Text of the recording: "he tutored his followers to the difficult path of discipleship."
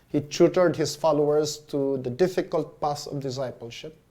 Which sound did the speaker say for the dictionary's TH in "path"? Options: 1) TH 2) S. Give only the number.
2